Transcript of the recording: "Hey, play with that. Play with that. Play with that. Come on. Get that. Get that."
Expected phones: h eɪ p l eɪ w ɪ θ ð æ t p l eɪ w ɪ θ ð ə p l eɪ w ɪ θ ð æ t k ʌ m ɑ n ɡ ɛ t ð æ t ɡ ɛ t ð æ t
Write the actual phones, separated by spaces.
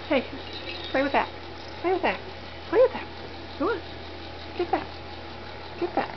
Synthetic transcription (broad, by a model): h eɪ p l eɪ w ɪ ð æ t p l eɪ w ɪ ð ə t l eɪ w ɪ ð æ t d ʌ ɑ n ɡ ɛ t ð æ t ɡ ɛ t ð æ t